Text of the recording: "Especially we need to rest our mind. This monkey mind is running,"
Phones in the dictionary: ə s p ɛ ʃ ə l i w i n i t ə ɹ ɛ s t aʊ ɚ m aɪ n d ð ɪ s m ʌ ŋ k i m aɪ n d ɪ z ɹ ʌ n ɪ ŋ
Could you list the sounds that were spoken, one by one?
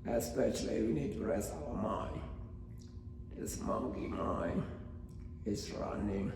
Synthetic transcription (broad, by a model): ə s p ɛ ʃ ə l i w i n i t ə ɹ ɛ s aʊ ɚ m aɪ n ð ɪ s m ʌ ŋ k i m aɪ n ɪ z ɹ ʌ n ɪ ŋ